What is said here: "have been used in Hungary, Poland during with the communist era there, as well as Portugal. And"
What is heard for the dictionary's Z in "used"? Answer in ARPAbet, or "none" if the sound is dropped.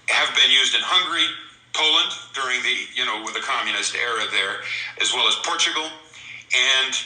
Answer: Z